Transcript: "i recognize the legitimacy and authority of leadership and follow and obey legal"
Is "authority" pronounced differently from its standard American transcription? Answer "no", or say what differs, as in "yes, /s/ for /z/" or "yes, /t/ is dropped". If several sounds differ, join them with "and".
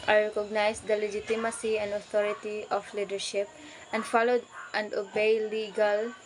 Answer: yes, /t/ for /θ/